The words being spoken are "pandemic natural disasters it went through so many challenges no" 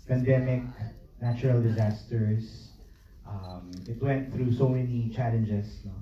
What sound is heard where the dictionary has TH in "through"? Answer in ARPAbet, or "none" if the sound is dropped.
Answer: TH